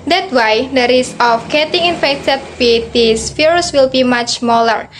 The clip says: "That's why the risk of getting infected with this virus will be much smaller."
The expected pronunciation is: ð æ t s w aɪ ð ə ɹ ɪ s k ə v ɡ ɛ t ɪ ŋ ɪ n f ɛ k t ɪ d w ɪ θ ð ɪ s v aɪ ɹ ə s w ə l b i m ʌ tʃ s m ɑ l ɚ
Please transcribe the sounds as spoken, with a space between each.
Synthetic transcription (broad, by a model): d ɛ t w aɪ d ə ɹ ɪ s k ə f ɡ ɛ t ɪ ŋ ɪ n f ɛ k t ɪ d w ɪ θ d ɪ s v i ɹ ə s w ə l b i m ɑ tʃ s m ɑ l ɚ